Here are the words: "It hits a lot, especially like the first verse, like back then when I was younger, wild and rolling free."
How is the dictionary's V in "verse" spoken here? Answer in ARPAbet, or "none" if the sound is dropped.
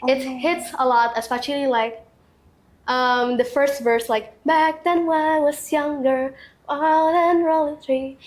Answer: V